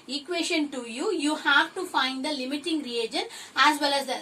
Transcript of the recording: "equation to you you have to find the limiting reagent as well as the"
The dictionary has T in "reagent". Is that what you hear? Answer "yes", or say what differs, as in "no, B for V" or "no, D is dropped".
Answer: no, T is dropped